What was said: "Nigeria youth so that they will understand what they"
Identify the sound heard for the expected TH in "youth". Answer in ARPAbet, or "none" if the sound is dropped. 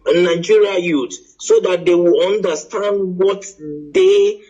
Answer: T